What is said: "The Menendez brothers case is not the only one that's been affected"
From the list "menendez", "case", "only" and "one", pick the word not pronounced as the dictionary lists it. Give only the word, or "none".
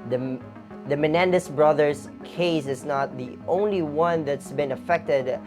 menendez